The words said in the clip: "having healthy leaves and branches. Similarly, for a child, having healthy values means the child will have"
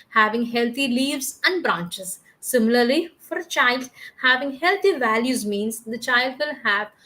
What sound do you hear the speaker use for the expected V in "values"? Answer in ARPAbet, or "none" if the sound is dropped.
V